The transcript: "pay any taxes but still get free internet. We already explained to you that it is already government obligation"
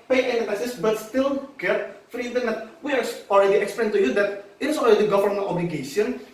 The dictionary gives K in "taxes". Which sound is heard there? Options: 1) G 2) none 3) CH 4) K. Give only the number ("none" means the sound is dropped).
2